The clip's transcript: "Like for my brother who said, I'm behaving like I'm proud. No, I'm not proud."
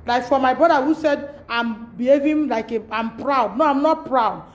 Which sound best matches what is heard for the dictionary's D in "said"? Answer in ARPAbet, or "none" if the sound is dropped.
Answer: D